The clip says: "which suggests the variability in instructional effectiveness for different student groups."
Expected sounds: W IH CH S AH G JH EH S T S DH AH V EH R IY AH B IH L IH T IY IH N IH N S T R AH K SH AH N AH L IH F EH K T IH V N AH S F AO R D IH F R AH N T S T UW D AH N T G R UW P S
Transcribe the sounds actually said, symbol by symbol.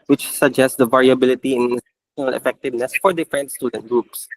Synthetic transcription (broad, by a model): W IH CH S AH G JH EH S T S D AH V EH R IY AH B IH L IH T IY IH N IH N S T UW SH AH N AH L IH F EH K T IH V N AH S F AO R D IH F R AH N T S T UW D AH N T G R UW P S